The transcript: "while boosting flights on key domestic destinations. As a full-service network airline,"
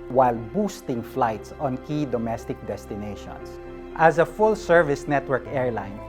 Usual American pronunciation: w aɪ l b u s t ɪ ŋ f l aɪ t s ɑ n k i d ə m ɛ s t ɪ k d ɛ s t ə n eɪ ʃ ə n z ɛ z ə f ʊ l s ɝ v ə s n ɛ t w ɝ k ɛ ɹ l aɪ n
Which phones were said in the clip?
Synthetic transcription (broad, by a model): w aɪ l b u s t ɪ ŋ f l aɪ t s ɑ n k i d ə m ɛ s t ɪ k d ɛ s t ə n eɪ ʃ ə n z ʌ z ə f ʊ l s ɝ v ə s n ɛ t w ɝ k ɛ ɹ l aɪ n